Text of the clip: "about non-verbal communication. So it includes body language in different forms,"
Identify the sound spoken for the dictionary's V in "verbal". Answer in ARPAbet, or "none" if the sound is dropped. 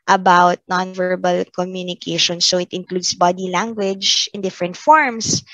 V